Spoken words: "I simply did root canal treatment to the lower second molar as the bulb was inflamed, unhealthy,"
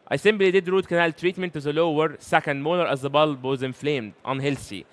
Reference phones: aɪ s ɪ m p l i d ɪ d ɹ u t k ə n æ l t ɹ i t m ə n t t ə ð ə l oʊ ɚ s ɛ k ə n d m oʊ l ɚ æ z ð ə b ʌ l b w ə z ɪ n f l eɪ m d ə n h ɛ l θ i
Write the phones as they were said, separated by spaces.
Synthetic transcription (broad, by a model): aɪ s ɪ m b l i d ɪ d ɹ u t k ə n æ l t ɹ i t m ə n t t ə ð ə l oʊ ɚ s ɛ k ə n d m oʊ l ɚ æ z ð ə b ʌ l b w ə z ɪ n f l eɪ m d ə n h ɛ l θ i